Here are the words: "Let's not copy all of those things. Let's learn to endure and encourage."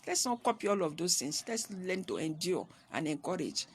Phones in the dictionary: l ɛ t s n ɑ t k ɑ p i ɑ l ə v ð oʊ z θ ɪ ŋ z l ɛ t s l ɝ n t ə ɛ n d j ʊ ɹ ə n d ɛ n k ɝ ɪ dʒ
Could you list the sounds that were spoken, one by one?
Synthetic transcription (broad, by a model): l ɛ t s n ɑ t k ɑ p i ɑ l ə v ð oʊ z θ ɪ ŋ s l ɛ t s l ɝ n t ə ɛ n d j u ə n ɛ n k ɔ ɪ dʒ